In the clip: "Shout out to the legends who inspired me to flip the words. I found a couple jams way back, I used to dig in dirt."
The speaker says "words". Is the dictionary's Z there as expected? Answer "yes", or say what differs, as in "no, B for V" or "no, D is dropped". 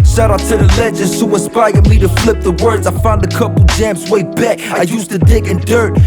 yes